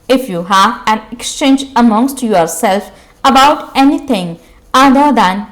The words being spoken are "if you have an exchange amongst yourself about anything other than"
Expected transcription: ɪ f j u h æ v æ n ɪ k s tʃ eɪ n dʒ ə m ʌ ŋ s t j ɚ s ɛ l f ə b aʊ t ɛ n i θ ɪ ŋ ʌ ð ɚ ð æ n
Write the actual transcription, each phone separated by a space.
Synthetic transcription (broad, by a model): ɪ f j u h æ v æ n ɪ k s tʃ eɪ n dʒ ə m ʌ ŋ s t j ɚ s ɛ l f ə b aʊ t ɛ n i t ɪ ŋ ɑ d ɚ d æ n